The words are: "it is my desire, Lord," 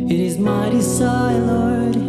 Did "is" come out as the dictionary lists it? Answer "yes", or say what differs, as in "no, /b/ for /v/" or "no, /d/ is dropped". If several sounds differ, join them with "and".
yes